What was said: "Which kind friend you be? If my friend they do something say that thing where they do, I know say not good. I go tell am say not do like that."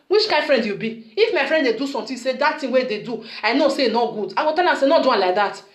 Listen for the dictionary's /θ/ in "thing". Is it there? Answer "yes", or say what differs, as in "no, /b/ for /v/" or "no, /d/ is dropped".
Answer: no, /t/ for /θ/